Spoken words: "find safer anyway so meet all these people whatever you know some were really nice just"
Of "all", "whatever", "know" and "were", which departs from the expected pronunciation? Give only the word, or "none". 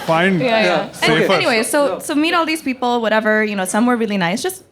none